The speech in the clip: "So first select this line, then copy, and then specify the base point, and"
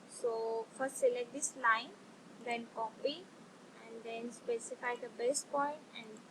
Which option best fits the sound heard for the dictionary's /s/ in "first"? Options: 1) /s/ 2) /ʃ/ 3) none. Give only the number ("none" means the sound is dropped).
1